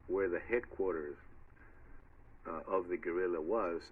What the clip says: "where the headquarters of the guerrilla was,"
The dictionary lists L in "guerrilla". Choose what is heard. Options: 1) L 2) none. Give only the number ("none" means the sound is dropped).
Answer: 1